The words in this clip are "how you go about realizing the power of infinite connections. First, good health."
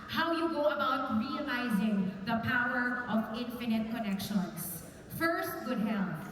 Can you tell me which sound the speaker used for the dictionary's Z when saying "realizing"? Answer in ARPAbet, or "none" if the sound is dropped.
Z